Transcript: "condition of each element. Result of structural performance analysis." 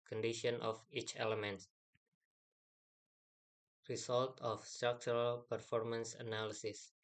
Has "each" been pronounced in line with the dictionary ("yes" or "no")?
yes